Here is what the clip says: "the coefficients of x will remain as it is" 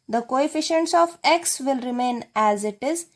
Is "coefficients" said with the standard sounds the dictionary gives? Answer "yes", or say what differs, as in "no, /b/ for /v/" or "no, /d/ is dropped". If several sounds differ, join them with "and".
yes